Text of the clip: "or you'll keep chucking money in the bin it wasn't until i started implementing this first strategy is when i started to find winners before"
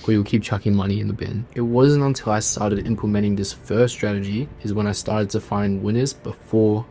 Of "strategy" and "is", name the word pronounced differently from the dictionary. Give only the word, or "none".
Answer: none